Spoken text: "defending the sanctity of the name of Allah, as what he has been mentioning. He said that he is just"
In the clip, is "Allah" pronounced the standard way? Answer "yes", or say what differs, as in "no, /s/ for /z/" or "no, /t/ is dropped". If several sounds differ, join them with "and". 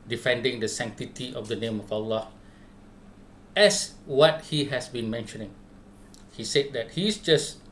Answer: yes